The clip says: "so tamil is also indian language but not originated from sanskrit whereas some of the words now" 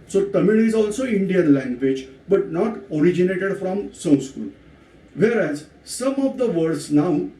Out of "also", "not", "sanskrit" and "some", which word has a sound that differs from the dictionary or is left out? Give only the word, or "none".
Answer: sanskrit